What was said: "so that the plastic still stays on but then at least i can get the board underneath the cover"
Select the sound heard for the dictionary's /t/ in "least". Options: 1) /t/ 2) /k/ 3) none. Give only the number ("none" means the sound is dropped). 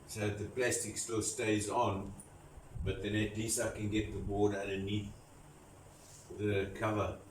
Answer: 3